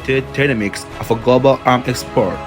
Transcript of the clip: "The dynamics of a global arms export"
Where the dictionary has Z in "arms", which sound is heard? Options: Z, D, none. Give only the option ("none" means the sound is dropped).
none